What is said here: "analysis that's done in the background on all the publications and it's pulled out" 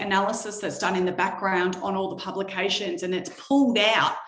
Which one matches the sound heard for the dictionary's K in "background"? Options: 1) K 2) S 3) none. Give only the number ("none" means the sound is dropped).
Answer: 1